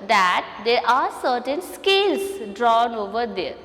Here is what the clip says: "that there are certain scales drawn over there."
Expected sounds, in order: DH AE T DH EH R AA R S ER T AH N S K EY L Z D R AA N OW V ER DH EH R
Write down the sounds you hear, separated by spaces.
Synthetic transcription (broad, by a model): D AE T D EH R AA R S ER T AH N S K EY L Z D R AA N OW V ER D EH R